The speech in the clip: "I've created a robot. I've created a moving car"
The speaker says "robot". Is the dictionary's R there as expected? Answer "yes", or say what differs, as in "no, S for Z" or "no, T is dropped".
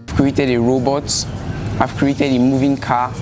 yes